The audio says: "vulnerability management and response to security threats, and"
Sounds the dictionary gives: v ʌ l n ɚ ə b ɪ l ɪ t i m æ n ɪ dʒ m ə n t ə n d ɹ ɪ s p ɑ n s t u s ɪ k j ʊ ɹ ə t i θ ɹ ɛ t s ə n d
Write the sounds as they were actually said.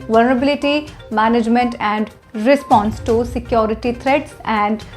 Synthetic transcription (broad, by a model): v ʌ l n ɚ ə b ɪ l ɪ t i m æ n ɪ dʒ m ə n t ə n d ɹ ɪ s p ɑ n s t u s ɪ k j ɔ ɹ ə t i t ɹ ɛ t s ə n d